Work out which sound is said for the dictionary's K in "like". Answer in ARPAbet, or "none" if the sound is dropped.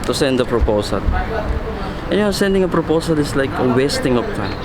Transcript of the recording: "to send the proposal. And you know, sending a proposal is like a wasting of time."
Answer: K